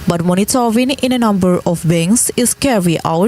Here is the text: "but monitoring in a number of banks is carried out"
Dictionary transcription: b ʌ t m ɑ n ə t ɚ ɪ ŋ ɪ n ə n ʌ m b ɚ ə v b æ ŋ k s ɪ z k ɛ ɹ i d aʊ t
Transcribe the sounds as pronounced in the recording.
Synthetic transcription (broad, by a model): b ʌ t m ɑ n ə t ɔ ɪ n ɪ n ə n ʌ m b ɚ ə f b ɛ ŋ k s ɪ s k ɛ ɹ i aʊ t